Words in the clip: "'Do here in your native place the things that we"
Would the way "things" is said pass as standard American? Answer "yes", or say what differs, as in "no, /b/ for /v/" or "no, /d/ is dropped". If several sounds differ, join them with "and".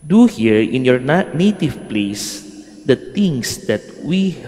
no, /t/ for /θ/